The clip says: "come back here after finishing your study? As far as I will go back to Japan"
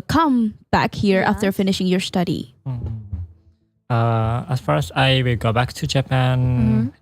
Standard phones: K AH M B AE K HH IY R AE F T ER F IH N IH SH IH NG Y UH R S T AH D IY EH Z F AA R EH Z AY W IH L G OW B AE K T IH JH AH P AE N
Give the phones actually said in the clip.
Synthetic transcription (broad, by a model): K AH M B AE K HH IY R AE F T ER F IH N IH SH IH NG Y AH R S T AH D IY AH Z F AA R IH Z AY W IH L G OW B AE K T IH JH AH P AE N